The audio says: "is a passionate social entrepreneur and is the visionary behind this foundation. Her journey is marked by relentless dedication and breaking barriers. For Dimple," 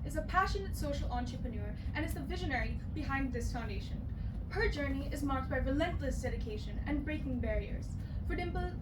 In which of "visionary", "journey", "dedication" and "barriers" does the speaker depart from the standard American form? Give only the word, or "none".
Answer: none